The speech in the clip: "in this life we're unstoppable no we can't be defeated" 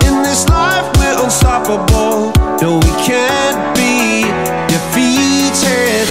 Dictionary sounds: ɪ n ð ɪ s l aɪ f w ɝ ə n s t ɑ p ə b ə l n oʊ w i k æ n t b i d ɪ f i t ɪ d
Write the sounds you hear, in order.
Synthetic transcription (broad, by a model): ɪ n ð ɪ s l aɪ f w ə s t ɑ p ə b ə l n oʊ w i k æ n b i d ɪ f i t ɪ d